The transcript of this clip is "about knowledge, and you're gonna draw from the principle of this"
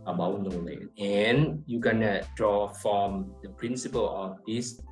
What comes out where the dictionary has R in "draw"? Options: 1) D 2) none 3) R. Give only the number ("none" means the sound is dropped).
3